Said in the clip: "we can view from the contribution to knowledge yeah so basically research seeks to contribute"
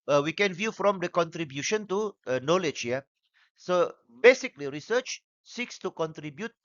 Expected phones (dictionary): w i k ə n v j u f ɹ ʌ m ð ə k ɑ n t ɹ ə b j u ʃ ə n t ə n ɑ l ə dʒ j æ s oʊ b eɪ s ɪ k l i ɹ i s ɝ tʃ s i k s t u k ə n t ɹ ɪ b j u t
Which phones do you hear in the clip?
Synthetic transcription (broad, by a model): w i k ə n v j u f ɹ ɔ m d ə k ɑ n t ɹ ə b j u ʃ ə n t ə n ɑ l ə dʒ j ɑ s oʊ b eɪ s ɪ k l i ɹ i s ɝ tʃ s i k s t u k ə n t ɹ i b j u t